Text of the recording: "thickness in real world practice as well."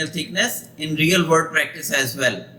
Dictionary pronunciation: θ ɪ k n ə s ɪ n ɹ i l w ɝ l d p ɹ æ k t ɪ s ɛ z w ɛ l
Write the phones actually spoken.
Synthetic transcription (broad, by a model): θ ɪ k n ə s ɪ n ɹ i l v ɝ d p ɹ æ k t ɪ s ɛ z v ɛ l